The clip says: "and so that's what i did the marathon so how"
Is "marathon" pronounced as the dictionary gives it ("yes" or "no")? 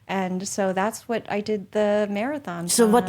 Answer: yes